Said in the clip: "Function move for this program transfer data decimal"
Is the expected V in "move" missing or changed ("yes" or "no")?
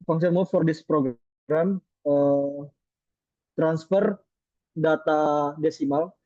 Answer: yes